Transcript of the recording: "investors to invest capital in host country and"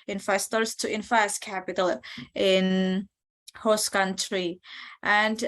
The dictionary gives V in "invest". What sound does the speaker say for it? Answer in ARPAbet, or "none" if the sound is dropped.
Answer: F